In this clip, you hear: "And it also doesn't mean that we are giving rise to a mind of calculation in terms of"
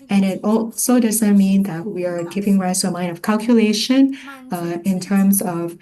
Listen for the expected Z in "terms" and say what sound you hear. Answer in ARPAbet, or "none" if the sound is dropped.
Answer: Z